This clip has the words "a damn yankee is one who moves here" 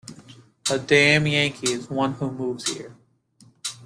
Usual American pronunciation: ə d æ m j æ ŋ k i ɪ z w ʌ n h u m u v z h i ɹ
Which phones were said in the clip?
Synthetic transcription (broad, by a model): ə d æ m j æ ŋ k i ɪ z w ʌ n h u m u v z h i ɹ